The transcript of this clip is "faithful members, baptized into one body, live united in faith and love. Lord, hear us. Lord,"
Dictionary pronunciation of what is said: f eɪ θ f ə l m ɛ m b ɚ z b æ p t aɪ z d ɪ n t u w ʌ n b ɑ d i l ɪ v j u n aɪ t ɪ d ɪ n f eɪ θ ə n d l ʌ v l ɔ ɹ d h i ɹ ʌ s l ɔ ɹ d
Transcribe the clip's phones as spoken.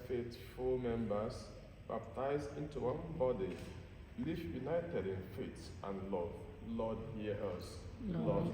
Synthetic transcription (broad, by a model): f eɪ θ f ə l m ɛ m b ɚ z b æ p t aɪ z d ɪ n t u w ʌ n b ɑ d i l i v j u n aɪ t ɪ d ɪ n f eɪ t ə n l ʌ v l ɔ d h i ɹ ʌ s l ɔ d